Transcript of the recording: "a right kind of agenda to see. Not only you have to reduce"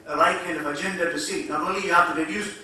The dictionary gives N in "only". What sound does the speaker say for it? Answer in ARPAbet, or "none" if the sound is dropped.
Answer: none